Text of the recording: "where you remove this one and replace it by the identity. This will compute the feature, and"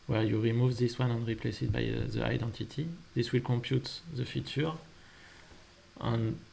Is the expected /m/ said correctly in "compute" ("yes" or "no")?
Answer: yes